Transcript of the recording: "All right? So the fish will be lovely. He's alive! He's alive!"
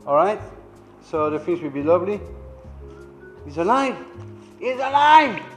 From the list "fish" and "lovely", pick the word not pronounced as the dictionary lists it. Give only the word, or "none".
fish